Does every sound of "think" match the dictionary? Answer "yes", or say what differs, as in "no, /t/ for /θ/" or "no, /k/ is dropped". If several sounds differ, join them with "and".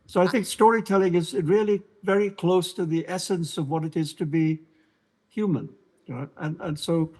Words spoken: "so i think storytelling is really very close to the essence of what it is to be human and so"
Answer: yes